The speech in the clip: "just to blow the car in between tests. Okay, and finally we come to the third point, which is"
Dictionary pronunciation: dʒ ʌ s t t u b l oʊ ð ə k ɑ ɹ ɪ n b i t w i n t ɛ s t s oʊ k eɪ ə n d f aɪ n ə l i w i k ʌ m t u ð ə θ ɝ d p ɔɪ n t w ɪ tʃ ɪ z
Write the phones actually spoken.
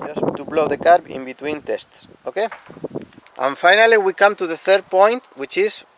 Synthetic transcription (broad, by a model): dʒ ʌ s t t u b l oʊ ð ə k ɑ ɹ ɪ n b i t w i n t ɛ s t s oʊ k eɪ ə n f aɪ n ə l i w i k ʌ m t u ð ə θ ɝ d p ɔɪ n t w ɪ tʃ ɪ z